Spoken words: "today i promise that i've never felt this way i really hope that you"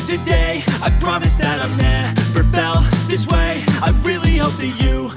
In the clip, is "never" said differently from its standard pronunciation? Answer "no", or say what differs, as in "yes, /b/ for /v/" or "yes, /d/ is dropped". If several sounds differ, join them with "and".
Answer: yes, /p/ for /v/